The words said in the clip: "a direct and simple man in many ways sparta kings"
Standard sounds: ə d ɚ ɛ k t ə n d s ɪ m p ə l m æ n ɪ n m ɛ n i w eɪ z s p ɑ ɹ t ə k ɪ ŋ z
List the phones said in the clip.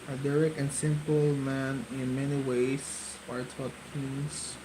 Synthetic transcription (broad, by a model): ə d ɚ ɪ k ə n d s ɪ m p ə l m æ n ɪ n m ɛ n i w eɪ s ɑ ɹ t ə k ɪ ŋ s